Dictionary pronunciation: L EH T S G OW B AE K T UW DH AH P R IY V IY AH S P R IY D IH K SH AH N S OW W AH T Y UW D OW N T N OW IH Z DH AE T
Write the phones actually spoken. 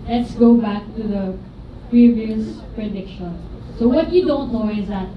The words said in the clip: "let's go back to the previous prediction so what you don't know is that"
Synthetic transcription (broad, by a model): L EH T S G OW B AE K T UW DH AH P R IY V IY AH S P R IY D IH K SH AH N S OW W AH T Y UW D OW N T N OW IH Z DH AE T